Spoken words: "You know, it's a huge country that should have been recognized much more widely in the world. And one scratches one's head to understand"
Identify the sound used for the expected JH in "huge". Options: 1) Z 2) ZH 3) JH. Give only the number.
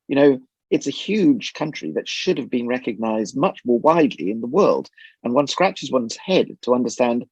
2